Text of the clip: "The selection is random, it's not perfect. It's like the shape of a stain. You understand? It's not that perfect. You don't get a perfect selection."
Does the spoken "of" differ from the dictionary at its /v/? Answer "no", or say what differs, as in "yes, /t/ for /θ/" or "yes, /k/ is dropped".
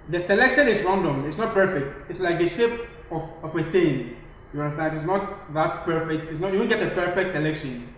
yes, /w/ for /v/